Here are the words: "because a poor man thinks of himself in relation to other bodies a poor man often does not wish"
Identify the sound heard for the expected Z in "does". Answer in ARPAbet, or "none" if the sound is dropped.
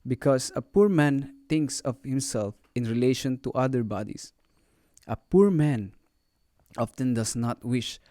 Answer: S